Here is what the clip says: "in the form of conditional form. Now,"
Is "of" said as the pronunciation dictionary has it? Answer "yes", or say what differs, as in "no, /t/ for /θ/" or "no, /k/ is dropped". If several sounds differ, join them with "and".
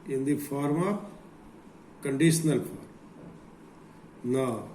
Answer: no, /p/ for /v/